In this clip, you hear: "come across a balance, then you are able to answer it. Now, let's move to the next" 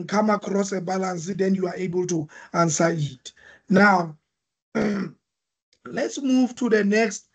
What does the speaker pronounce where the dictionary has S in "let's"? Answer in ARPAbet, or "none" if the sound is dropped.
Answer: S